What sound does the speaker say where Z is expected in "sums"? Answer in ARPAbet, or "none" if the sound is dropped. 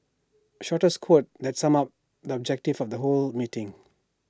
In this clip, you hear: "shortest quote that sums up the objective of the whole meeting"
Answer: none